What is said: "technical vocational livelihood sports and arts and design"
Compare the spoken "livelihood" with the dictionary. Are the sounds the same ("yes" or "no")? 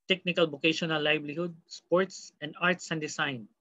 no